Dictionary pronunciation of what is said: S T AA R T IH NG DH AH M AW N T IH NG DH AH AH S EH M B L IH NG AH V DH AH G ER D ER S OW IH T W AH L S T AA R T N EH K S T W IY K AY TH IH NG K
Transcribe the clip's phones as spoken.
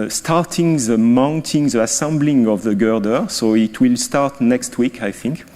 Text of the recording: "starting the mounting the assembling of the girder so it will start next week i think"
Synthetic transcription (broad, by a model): S T AA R T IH NG DH AH M AW N T IH NG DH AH AH S EH M B L IH NG AH V DH AH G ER D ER S OW IH T W AH L S T AA R T N EH K S T W IY K AY TH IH NG K